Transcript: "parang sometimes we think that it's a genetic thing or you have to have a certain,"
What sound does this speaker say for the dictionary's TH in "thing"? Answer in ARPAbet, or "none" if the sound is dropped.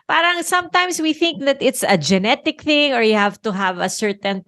TH